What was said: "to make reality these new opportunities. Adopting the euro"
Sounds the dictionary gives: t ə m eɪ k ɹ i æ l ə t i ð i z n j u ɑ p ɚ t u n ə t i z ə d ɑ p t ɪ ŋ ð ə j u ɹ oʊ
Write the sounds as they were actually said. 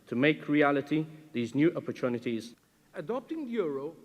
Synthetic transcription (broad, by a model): t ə m eɪ k ɹ i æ l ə t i ð i z n j u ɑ p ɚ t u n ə t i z ə d ɑ p t ɪ ŋ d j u ɹ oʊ